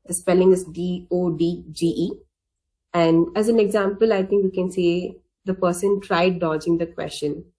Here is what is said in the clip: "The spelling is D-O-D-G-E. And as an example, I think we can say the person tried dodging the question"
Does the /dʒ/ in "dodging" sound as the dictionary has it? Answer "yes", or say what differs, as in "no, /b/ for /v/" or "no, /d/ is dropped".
yes